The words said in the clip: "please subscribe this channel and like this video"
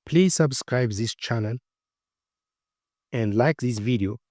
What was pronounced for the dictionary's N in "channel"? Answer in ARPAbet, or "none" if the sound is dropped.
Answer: N